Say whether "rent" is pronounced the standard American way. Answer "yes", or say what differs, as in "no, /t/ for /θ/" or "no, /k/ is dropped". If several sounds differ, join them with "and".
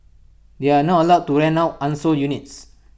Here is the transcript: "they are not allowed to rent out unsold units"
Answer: no, /t/ is dropped